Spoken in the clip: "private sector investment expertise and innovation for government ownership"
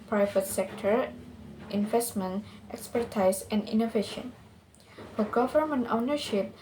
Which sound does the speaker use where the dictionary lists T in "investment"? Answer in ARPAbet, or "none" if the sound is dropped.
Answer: T